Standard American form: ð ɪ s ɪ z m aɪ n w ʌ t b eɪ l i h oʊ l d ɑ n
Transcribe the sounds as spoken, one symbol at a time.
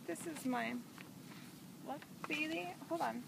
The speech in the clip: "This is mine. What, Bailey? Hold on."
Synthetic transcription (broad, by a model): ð ɪ s ɪ z m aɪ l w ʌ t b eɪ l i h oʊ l ɑ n